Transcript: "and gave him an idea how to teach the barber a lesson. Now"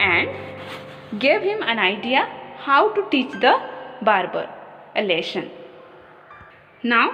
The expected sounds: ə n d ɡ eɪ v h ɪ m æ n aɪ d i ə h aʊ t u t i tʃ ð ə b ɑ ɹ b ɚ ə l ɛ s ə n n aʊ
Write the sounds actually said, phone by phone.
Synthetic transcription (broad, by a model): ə n d ɡ eɪ v h ɪ m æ n aɪ d i ə h aʊ t u t i tʃ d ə b ɑ ɹ b ɚ ə l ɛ ʃ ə n n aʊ